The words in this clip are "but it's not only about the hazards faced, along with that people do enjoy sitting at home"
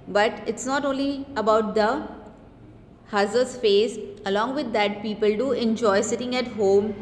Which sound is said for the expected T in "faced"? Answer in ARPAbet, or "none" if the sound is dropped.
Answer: none